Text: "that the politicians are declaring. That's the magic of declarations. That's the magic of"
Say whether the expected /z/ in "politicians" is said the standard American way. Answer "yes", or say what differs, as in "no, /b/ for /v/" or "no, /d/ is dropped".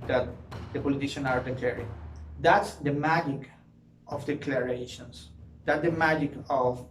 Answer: no, /z/ is dropped